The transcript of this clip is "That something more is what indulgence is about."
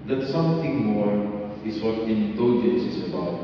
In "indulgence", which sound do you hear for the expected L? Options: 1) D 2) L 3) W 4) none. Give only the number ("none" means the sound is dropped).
4